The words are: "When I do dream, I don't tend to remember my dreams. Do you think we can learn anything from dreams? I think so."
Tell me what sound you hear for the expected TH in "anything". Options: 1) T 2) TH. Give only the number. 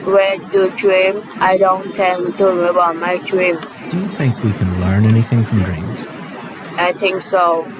2